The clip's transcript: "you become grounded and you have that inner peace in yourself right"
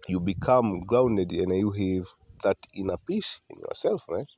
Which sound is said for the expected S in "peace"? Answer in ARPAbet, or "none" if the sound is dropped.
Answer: SH